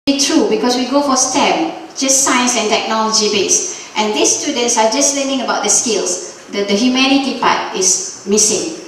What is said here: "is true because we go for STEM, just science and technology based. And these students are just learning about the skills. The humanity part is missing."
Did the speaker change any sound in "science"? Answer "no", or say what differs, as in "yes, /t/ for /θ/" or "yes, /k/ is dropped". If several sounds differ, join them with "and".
no